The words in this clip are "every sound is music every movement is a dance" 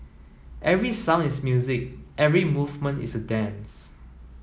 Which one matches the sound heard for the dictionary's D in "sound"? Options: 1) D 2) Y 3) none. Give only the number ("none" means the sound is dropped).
3